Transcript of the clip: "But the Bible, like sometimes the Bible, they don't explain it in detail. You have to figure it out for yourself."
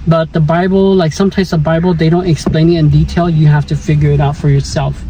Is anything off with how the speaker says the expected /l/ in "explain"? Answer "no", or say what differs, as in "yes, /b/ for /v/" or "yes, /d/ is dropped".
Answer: no